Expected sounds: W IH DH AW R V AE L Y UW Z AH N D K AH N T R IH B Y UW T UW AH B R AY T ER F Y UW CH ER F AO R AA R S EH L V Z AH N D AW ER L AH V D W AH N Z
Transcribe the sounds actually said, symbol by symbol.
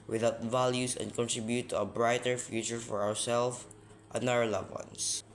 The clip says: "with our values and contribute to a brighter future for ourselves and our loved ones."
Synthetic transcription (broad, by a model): W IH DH AW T V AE L Y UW S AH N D K AH N T R IH B Y UW T UW AH B R AY T ER F Y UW CH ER F AO R AA R S EH L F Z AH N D AW ER L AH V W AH N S